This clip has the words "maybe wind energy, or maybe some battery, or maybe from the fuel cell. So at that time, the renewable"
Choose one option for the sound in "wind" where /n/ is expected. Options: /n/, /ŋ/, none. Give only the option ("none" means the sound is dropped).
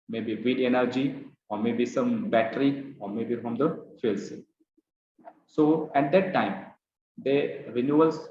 none